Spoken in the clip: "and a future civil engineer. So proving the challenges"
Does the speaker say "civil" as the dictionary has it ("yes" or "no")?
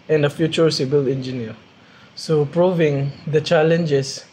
no